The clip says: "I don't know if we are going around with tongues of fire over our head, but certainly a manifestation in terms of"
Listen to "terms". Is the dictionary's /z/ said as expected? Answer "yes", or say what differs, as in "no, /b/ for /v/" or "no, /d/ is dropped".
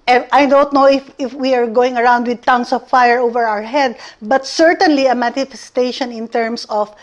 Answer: no, /s/ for /z/